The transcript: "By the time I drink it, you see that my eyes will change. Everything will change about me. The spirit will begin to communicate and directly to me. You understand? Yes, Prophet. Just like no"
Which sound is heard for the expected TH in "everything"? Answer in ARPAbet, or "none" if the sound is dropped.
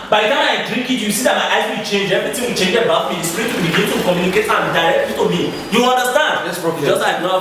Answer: T